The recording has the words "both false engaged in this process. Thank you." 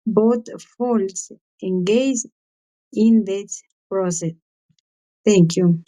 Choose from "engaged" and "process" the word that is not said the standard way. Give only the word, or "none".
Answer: engaged